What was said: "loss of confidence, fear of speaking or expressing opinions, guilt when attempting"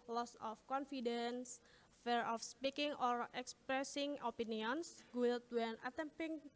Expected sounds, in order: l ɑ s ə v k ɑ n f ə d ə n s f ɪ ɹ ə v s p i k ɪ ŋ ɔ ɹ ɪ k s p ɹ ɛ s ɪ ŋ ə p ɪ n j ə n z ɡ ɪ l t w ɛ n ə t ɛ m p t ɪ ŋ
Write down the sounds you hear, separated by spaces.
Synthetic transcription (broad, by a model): l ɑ s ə f k ɑ n f ə d ə n s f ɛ ɹ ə f s p i k ɪ ŋ ɔ ɹ ɪ k s p ɹ ɛ s ɪ ŋ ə p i n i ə n s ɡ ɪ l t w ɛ n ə t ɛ m p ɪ ŋ